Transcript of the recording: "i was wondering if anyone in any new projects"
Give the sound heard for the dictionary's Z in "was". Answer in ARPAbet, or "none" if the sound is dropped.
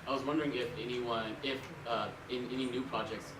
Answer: Z